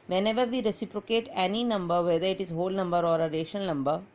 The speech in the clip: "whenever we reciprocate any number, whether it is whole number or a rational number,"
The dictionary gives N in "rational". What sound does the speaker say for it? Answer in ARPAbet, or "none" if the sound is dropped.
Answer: none